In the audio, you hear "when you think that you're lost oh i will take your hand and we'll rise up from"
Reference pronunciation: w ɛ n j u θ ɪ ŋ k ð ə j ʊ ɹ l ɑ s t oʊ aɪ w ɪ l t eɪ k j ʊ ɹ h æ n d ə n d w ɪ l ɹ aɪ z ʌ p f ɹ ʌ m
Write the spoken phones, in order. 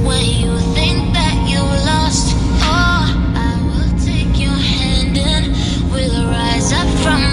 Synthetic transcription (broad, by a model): w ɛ n j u θ ɪ ŋ k ð ə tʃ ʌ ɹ l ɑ s t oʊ aɪ w ɪ l t eɪ k j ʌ ɹ h æ n d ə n w ɪ l ɹ aɪ z ʌ p f ɹ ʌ m